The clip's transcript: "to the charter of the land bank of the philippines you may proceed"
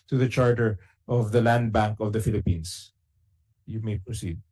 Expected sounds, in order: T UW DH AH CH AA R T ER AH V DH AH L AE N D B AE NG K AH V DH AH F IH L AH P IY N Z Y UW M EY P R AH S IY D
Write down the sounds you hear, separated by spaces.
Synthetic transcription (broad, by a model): T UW DH AH CH AA R T ER AH V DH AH L AE N D B AE NG K AH V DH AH F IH L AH P IY N S Y UW M EY P R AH S IY D